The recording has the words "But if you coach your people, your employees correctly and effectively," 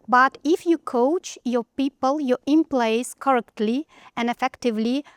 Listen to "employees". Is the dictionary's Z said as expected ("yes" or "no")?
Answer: no